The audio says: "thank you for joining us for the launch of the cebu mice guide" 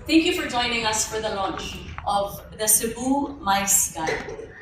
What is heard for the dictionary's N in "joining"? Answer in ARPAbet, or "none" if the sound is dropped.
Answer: N